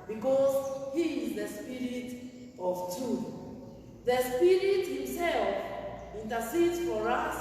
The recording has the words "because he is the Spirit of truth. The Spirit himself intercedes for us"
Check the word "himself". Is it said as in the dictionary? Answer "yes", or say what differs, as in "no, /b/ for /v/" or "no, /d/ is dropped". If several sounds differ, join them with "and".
yes